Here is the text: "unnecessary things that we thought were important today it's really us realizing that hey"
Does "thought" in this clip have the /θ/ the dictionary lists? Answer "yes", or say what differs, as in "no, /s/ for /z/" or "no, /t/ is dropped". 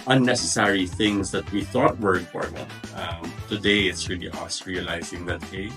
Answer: yes